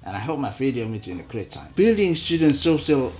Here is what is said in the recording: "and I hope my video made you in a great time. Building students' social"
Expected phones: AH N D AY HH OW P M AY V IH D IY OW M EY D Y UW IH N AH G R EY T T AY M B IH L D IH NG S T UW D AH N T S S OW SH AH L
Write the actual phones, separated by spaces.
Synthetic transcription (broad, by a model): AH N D AY HH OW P M AY F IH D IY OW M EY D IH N AH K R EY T T AY M B IH L D IH NG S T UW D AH N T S S OW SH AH L